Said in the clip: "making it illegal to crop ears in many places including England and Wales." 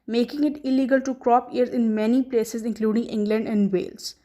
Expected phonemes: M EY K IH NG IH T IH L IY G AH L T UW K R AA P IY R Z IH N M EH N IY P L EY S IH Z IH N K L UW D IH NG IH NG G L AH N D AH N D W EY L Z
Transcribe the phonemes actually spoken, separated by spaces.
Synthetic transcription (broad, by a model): M EY K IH NG IH T IH L IY G AH L T UW K R AA P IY R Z IH N M EH N IY P L EY S IH Z IH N K L UW D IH NG IH NG G L AH N D AH N D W EY L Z